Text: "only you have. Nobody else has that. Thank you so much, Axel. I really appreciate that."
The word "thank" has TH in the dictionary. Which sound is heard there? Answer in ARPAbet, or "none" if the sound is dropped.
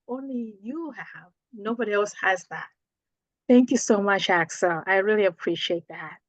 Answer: TH